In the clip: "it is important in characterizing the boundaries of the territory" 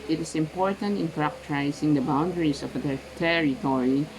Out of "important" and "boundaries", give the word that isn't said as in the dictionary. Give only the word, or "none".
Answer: boundaries